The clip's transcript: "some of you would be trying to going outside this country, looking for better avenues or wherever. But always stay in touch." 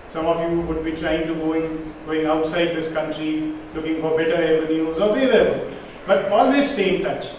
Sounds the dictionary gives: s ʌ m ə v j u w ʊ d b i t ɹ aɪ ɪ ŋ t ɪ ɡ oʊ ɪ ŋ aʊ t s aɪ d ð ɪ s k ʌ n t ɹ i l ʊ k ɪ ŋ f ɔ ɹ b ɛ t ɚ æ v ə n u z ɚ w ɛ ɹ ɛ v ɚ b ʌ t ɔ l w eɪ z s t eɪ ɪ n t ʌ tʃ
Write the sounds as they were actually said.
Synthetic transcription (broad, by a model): s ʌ m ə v j u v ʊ d b i t ɹ aɪ ɪ ŋ t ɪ ɡ oʊ ɪ ŋ aʊ t s aɪ d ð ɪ s k ʌ n t ɹ i l ʊ k ɪ ŋ f ɔ ɹ b ɛ t ɚ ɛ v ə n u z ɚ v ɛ l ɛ b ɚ b ʌ t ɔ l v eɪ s s t eɪ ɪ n t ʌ tʃ